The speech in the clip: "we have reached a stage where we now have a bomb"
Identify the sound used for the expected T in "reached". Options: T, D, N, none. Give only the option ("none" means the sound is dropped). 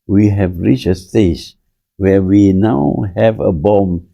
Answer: none